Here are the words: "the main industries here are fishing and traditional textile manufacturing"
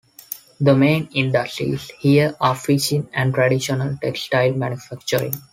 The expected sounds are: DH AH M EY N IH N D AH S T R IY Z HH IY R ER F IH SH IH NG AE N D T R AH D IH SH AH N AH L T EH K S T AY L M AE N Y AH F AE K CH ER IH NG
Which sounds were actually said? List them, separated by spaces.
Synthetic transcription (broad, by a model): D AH M EY N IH N D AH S T R IY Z HH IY R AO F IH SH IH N AE N D T R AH D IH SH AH N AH L T EH K S T AY L M AE N Y AH F AE K CH ER IH NG